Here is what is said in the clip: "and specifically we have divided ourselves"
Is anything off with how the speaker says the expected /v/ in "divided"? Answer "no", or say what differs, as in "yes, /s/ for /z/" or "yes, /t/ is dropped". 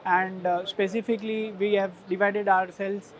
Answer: no